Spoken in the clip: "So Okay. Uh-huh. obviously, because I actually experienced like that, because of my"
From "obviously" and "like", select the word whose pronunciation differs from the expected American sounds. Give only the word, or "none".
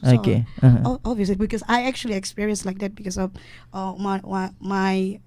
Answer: obviously